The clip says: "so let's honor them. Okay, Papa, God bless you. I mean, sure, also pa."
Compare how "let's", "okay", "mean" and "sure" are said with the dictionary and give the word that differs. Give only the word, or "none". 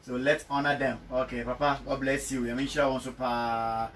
sure